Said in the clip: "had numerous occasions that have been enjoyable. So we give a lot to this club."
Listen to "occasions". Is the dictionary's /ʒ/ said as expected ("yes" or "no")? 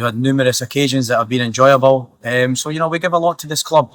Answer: yes